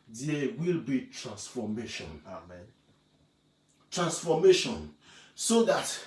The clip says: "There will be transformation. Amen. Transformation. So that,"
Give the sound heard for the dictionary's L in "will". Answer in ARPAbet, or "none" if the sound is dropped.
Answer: L